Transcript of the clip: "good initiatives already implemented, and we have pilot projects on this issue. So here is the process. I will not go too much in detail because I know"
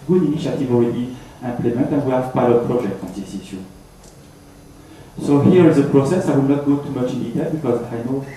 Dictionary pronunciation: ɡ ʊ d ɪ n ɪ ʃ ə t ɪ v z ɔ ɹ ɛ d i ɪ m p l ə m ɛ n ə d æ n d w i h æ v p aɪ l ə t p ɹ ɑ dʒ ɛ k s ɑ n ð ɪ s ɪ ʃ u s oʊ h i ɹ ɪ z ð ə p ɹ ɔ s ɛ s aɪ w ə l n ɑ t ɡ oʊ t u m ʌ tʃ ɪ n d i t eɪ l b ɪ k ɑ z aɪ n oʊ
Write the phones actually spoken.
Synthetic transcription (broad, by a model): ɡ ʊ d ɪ n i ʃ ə t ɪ v ɔ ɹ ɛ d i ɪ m p l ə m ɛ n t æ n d w i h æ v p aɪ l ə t p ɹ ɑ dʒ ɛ k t ɑ n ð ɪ s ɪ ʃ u s oʊ h i ɹ ɪ z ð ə p ɹ ɔ s ɛ s aɪ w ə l n ɑ t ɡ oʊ t u m ʌ tʃ ɪ n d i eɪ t b ɪ k ɑ z aɪ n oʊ